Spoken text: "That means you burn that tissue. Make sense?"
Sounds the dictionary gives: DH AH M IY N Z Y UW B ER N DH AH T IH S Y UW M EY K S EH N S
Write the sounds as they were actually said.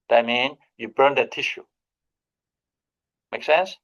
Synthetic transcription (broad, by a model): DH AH M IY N Y UW B ER N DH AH T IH SH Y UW M EY K S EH N S